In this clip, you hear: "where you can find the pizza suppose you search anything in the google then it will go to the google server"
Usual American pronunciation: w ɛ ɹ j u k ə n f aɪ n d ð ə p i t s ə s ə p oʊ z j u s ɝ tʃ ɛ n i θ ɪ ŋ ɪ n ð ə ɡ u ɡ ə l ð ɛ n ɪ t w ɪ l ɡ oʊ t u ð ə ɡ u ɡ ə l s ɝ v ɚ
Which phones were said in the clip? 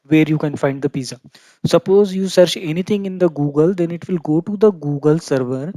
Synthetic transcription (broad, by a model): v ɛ ɹ j u k ə n f aɪ n d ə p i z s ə s ə p oʊ z j u s ɝ tʃ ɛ n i t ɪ ŋ ɪ n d ə ɡ u ɡ ə l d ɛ n ɪ t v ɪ l ɡ oʊ t u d ə ɡ u ɡ ə l s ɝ v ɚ